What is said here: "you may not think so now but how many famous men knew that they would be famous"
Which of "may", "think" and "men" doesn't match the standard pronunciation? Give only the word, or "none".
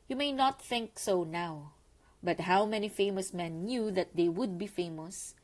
none